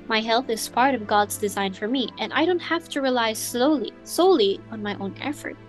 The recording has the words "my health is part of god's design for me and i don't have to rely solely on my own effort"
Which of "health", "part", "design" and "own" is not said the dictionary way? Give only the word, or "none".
none